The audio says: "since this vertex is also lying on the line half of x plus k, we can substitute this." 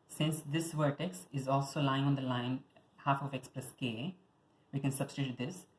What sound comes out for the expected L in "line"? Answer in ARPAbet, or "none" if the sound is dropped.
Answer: L